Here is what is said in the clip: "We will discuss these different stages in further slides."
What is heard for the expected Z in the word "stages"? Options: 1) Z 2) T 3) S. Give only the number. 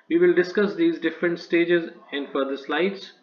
1